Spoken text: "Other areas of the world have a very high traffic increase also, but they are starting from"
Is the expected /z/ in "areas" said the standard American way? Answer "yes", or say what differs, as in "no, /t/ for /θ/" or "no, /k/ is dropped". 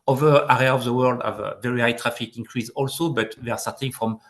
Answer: no, /z/ is dropped